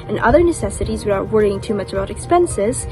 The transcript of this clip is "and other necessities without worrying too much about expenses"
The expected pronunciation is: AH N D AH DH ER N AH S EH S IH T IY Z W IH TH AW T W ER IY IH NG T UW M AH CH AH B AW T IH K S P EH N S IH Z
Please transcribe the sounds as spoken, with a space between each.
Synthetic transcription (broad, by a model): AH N AH DH ER N AH S EH S IH T IY Z W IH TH AW T W ER IY IH NG T UW M AH CH AH B AW T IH K S P EH N S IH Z